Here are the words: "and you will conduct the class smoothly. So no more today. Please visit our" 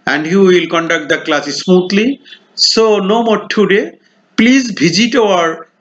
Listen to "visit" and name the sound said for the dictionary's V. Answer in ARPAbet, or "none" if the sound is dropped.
B